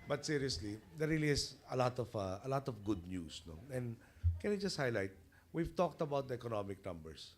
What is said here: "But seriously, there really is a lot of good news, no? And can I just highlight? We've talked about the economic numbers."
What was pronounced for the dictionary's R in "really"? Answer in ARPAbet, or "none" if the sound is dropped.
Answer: L